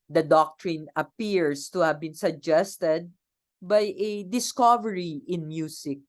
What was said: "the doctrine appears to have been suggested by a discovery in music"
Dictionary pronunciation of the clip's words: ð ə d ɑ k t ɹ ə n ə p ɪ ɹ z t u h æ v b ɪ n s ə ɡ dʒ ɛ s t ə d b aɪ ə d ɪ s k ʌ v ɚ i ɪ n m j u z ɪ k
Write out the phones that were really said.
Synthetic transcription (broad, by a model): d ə d ɑ k t ɹ ə n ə p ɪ ɹ s t u h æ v b ɪ n s ə ɡ dʒ ɛ s t ə d b aɪ ə d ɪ s k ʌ v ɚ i ɪ n m j u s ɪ k